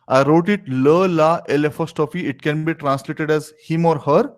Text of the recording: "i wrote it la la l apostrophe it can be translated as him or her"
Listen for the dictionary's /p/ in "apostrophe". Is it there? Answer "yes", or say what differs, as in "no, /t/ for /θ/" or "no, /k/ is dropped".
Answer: no, /f/ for /p/